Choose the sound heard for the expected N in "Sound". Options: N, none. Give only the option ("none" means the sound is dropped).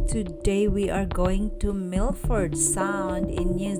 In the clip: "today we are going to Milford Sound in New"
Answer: N